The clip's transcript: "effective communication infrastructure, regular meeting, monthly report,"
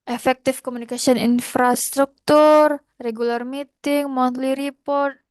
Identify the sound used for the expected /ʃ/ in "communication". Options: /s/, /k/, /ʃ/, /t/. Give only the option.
/s/